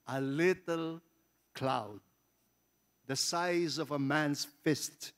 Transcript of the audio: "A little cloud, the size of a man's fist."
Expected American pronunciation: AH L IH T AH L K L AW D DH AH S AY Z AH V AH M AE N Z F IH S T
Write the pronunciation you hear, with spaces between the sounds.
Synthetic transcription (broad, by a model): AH L IH T AH L K L AW D DH AH S AY Z AH V AH M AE N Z F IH S T